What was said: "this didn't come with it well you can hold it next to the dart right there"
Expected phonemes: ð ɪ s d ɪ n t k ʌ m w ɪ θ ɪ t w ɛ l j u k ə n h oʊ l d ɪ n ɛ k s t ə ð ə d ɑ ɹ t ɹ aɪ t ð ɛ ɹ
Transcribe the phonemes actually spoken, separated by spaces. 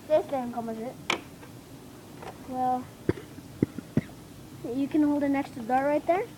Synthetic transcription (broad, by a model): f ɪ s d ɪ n k ʌ m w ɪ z ɪ t w ɛ l j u k ə n h oʊ l d ɪ n ɛ k s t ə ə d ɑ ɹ ɹ aɪ t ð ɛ ɹ